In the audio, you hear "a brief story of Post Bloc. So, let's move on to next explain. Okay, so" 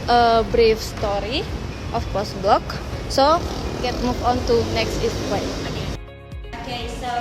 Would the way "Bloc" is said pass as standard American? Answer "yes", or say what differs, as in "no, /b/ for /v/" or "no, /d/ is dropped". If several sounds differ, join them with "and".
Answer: yes